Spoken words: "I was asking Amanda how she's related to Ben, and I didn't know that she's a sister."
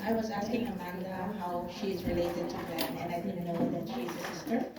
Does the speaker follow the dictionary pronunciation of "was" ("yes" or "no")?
yes